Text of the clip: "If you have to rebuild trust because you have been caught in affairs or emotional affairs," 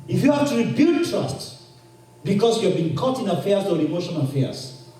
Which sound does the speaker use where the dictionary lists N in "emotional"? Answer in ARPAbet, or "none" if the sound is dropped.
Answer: none